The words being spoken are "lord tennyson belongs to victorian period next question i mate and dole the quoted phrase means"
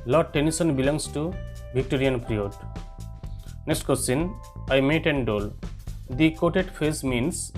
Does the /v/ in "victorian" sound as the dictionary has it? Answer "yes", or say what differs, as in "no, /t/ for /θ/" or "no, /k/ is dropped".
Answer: no, /b/ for /v/